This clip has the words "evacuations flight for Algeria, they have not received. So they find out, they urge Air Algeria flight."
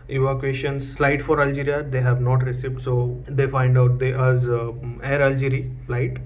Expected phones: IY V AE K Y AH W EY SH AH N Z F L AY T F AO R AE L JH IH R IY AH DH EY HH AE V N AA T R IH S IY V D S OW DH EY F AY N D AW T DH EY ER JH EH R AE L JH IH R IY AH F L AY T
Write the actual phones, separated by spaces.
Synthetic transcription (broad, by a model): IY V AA K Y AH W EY SH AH N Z F L AY T F AO R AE L JH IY R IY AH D EY HH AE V N AA T R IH S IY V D S OW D EY F AY N D AW T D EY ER Z EH R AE L JH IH R IY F L AY T